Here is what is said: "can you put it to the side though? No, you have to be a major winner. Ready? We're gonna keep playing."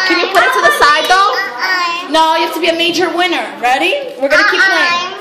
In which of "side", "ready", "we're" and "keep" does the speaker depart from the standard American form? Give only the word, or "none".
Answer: none